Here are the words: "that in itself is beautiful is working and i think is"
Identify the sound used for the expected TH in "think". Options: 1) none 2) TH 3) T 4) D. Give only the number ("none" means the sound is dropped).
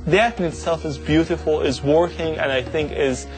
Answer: 2